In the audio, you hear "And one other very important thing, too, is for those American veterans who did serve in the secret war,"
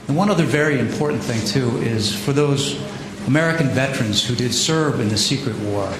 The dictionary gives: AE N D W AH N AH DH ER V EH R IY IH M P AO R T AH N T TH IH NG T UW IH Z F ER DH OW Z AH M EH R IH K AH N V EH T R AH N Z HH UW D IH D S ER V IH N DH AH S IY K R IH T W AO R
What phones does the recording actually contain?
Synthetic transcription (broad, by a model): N W AH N AH DH ER V EH R IY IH M P AO R T N TH IH NG T UW IH Z F ER DH OW Z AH M EH R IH K N V EH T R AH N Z HH UW D IH D S ER V IH N DH AH S IY K R IH T W AO R